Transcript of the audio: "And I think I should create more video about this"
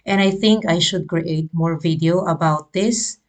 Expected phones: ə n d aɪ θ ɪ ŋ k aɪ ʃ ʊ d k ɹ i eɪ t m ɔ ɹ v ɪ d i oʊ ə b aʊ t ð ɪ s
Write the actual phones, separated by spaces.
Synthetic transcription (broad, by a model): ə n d aɪ θ ɪ ŋ k aɪ ʃ ʊ d k ɹ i eɪ t m ɔ ɹ v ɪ d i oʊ ə b aʊ t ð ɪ s